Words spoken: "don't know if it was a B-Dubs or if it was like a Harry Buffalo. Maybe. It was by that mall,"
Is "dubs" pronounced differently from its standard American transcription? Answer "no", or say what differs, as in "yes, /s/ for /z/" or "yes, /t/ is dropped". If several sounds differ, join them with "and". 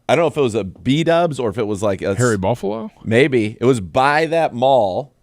no